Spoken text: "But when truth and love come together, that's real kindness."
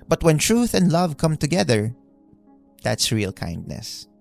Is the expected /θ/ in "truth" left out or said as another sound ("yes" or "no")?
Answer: no